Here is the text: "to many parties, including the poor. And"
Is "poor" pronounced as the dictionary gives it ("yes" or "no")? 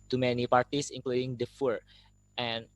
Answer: no